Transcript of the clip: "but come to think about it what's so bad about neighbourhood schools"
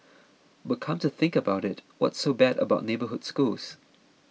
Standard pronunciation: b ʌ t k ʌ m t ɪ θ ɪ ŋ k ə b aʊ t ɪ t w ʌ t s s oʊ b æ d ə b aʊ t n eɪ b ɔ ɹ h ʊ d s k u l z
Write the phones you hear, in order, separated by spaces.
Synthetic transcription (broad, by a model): b ʌ t k ʌ m t ɪ θ ɪ ŋ k ə b aʊ t ɪ t w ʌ t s s oʊ b æ d ə b aʊ t n eɪ b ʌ ɹ h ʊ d s k u l z